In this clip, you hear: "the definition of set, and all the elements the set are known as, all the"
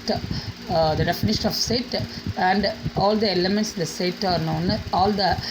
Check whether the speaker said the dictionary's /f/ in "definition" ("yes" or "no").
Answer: yes